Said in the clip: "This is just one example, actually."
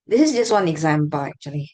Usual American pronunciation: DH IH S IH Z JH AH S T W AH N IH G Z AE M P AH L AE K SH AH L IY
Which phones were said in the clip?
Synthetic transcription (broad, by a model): DH IH S IH Z JH AH S T W AH N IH G Z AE M B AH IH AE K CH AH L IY